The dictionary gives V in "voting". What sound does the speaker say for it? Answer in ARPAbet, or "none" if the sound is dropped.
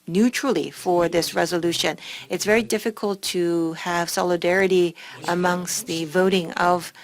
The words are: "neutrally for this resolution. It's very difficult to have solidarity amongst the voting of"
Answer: V